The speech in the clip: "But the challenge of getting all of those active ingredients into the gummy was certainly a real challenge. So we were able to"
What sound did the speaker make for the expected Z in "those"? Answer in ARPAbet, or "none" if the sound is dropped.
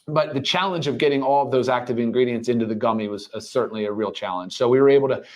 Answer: Z